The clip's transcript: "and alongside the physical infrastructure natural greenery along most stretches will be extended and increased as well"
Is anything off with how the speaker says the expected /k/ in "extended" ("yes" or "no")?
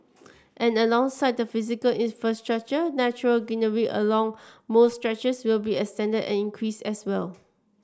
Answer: yes